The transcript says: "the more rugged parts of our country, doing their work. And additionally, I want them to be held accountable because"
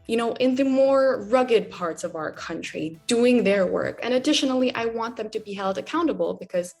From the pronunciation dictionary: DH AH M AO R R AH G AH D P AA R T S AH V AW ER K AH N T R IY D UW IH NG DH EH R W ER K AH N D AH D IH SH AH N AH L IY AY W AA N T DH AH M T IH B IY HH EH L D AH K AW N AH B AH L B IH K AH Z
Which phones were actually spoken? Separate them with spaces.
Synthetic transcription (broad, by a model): DH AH M AO R R AH G AH D P AA R T S AH V AW ER K AH N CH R IY D UW IH NG DH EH R W ER K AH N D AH D IH SH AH N L IY AY W AA N DH AH M T IH B IY HH EH L D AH K AW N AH B L B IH K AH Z